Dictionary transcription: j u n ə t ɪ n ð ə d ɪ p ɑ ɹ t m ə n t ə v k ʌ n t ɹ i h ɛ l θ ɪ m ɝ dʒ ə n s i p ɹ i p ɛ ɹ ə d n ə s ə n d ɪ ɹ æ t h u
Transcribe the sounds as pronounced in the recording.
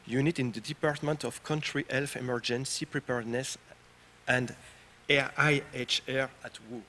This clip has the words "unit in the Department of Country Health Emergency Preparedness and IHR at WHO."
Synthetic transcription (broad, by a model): j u n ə t ɪ n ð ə d ɪ p ɑ ɹ t m ə n t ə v k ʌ n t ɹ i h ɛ l f ɪ m ɝ dʒ ə n s i p ɹ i p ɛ ɹ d n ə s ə n d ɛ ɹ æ t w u